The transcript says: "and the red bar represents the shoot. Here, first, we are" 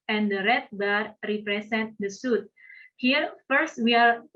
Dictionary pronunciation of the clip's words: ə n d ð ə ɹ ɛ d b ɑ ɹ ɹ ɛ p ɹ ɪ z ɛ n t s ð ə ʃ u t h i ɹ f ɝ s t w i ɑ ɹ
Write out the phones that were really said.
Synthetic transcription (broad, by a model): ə n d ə ɹ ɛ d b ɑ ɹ ɹ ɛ p ɹ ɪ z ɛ n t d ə s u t h i ɹ f ɝ s t w i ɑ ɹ